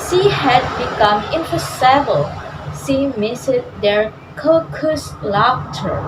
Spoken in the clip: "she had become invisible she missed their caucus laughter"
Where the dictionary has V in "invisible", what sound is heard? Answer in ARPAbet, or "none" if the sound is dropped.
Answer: P